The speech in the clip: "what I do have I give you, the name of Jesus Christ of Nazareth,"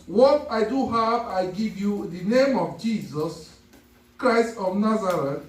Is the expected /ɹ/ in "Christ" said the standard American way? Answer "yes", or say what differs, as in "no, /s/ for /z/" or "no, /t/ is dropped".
yes